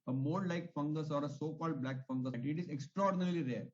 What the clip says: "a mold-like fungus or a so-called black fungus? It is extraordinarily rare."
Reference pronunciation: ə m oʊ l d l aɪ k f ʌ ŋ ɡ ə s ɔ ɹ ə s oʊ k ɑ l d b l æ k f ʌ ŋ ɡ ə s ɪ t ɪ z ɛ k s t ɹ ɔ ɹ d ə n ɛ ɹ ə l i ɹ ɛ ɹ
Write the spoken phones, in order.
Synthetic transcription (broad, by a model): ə m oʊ d l aɪ k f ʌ ŋ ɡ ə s ɔ ɹ ə s oʊ k ɑ l d b l æ k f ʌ ŋ ɡ ə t ɪ t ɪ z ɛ k s t ɹ ɔ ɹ d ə n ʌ ɹ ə l i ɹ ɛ ɹ